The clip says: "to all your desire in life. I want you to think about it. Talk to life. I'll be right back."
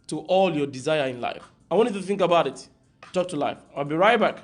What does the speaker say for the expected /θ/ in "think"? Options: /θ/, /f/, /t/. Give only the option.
/θ/